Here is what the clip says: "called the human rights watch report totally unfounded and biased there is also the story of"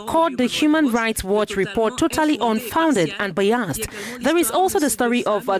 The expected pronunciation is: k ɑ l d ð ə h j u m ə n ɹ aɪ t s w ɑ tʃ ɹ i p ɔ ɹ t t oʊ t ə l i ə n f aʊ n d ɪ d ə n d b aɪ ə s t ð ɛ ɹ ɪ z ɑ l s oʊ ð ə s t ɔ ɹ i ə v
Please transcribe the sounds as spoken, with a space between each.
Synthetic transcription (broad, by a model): k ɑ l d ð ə h j u m ə n ɹ aɪ t s w ɑ tʃ ɹ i p ɔ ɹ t t oʊ t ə l i ə n f aʊ n d ɪ d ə n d b aɪ ə s t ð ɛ ɹ ɪ z ɑ l s oʊ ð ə s t ɔ ɹ i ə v